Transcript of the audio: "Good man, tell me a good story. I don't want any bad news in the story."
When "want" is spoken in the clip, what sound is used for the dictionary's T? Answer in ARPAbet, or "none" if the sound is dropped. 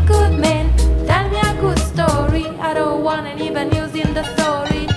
none